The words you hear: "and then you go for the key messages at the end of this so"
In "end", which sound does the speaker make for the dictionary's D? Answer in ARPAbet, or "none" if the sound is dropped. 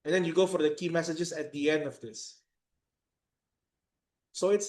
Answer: D